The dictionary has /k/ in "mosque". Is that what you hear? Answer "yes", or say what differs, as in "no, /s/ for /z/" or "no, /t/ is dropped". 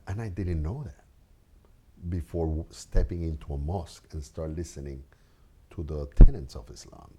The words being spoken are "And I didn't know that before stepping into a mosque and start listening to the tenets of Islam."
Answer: yes